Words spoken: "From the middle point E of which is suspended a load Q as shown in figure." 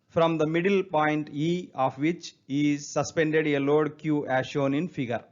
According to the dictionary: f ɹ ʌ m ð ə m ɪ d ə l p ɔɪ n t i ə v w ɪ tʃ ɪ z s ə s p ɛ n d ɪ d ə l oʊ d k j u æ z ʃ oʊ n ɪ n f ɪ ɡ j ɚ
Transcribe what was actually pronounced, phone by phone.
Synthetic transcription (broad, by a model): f ɹ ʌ m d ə m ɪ d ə l p ɔɪ n t i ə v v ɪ tʃ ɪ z s ə s p ɛ n d ɪ d ə l oʊ d k j u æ ʃ oʊ n ɪ n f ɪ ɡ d